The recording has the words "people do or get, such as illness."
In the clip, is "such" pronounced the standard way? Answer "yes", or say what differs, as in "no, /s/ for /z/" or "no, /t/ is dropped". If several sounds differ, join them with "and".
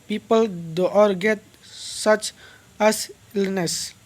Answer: yes